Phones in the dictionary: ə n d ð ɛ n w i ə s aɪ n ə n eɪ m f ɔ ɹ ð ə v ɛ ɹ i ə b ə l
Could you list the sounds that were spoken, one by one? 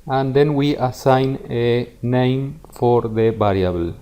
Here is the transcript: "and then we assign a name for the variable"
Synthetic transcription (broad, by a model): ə n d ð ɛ n w i ə s aɪ n ə n eɪ m f ɔ ɹ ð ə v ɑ ɹ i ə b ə l